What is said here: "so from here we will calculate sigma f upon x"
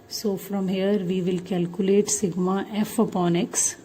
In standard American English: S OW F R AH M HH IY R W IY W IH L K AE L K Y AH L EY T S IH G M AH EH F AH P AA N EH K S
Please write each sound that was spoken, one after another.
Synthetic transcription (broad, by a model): S OW F R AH M HH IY R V IY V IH L K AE L K Y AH L EY T S IH G M AH EH F AH P AA N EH K S